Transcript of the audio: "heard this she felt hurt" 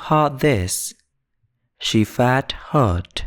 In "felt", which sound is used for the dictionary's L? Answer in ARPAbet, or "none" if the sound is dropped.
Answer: none